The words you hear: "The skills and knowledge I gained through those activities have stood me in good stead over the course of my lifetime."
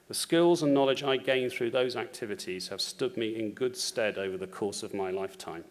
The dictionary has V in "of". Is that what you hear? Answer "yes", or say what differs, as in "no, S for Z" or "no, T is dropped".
yes